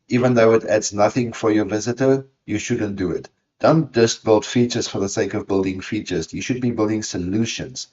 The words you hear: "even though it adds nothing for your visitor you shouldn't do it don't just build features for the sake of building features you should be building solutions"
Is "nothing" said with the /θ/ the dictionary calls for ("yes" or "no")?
yes